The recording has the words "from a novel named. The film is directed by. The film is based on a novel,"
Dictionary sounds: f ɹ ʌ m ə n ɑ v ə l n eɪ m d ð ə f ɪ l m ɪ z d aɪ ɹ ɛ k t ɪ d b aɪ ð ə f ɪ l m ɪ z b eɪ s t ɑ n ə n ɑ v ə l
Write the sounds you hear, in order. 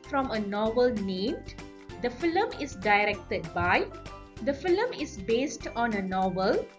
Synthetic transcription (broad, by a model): f ɹ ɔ m ə n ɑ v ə l n eɪ m d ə f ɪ l m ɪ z d aɪ ɹ ɛ k t ɪ d b aɪ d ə f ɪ l m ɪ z b eɪ s t ɑ n ə n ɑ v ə l